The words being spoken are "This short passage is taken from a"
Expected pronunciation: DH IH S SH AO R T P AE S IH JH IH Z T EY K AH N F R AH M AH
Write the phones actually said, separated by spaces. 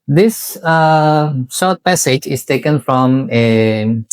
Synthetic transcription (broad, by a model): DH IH S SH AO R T P AE S IH JH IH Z T EY K AH N F R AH M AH